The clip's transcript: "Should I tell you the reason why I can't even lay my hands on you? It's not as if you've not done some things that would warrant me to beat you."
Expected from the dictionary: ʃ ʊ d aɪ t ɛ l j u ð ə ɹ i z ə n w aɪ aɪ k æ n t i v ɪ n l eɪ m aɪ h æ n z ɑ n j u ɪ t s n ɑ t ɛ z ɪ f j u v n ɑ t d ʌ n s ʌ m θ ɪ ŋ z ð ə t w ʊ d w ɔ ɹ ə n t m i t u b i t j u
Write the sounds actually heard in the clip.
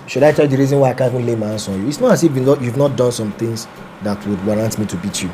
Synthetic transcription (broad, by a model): ʃ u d aɪ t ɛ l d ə ɹ i z ə n w aɪ aɪ k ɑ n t i v ɪ n l eɪ m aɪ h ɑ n s ɑ n j u ɪ t s n ɑ t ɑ s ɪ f j u v n ɑ t d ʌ n s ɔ m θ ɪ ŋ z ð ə t w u d w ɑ ɹ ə n t m i t u b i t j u